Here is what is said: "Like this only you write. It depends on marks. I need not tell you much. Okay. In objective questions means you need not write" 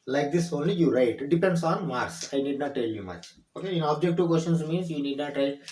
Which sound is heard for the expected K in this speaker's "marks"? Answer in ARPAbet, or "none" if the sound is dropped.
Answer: none